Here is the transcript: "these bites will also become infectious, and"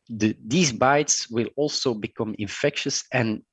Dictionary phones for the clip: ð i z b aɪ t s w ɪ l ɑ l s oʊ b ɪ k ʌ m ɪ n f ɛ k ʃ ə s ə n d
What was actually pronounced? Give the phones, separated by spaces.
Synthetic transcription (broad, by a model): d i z b aɪ t s w ɪ l ɑ l s oʊ b ɪ k ʌ m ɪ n f ɛ k ʃ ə s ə n